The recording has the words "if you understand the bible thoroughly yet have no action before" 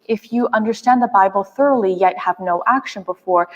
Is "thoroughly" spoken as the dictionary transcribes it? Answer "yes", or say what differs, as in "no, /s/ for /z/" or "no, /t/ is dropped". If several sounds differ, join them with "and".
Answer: yes